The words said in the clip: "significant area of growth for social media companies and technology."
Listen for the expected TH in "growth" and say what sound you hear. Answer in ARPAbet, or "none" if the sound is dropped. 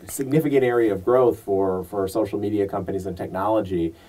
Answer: TH